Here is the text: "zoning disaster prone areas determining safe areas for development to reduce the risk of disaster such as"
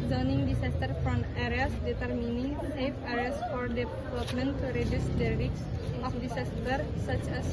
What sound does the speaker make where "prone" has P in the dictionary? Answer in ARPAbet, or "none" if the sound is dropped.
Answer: F